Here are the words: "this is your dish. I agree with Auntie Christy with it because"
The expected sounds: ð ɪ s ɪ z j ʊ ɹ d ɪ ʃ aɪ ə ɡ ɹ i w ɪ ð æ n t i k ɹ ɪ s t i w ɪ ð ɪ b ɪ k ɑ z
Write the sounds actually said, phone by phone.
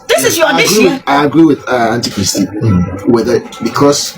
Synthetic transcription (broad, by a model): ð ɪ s ɪ z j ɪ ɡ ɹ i aɪ ə ɡ ɹ i w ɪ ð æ n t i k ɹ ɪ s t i w ɪ ð ɪ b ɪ k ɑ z